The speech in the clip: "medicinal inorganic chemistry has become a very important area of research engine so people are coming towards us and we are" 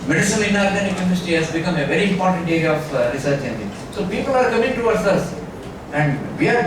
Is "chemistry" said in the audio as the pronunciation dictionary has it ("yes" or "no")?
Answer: no